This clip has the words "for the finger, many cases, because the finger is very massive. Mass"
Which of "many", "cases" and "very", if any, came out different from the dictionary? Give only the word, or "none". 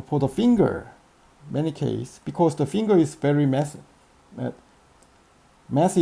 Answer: cases